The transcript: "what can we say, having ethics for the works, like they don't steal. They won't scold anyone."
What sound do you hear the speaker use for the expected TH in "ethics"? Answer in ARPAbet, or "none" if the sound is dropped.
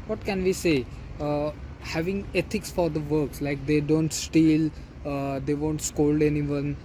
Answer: T